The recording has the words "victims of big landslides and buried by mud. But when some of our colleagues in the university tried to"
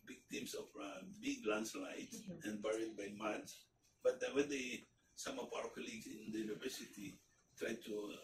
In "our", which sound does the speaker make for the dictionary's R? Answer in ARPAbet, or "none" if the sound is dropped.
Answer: W